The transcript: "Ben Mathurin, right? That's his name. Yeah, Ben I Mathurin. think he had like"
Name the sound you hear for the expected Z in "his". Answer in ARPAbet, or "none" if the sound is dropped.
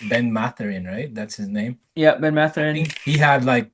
Z